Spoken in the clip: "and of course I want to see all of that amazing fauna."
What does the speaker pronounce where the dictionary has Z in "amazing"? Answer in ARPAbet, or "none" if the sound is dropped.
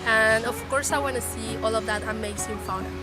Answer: S